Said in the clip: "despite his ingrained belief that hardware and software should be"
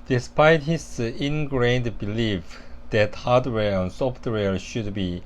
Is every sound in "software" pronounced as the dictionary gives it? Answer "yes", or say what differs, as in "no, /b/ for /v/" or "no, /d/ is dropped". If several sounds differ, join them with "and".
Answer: no, /l/ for /ɹ/